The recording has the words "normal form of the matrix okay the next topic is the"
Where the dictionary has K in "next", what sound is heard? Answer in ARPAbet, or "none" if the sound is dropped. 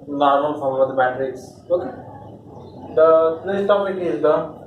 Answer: none